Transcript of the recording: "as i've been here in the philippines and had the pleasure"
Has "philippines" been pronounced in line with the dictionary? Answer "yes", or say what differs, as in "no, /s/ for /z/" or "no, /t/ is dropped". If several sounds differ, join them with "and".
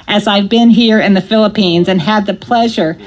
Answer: yes